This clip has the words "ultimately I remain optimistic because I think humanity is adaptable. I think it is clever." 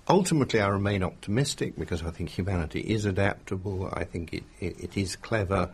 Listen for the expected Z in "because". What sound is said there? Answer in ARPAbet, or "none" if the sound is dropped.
Z